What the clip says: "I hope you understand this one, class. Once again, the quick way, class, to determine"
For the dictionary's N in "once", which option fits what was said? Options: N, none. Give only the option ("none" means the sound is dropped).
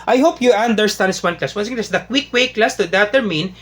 none